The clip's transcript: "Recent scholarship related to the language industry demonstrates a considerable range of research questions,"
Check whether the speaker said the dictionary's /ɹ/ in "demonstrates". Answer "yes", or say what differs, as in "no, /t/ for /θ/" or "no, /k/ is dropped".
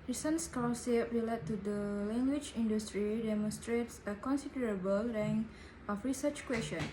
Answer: yes